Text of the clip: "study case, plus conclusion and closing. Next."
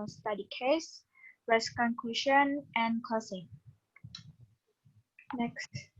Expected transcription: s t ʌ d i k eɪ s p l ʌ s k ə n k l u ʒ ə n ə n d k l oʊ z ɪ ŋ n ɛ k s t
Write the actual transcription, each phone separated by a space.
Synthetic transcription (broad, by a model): s t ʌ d i k eɪ s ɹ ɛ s k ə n k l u ʃ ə n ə n k oʊ s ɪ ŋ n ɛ k s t